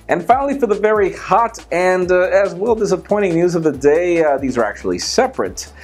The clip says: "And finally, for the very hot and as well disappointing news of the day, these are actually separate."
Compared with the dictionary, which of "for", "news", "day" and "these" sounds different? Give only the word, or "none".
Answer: none